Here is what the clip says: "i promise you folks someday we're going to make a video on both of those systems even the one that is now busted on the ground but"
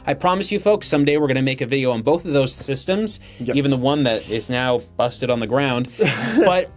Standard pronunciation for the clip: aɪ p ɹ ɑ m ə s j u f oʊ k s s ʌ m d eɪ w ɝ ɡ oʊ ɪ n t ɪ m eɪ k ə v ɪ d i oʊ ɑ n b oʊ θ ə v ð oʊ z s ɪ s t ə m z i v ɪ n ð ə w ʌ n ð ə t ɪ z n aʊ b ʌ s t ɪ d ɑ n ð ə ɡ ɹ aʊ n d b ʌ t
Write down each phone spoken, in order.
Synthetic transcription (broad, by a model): aɪ p ɹ ɑ m ə s j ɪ f oʊ k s s ʌ m d eɪ w ɝ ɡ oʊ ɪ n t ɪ m eɪ k ə v ɪ d i oʊ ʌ n b oʊ θ ə v ð oʊ z s ɪ s t ə m z i v ɪ n ð ə w ʌ n ð ə t ɪ z n aʊ b ʌ s t ɪ d n ð ə ɡ ɹ aʊ n d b ʌ t